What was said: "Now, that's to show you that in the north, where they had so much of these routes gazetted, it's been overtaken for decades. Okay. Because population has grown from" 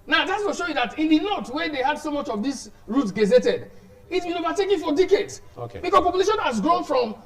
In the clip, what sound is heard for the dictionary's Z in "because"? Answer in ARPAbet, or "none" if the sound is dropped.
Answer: S